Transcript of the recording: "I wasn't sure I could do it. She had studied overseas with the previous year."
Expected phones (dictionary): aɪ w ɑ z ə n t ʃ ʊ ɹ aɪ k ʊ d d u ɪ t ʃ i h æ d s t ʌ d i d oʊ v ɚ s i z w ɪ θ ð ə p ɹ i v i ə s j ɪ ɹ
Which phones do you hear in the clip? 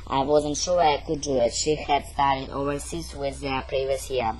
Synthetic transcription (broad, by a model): aɪ w ɑ z ə n t ʃ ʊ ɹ aɪ k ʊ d d u ɪ t ʃ i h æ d s t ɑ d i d oʊ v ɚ s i s w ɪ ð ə p ɹ i v i ə s j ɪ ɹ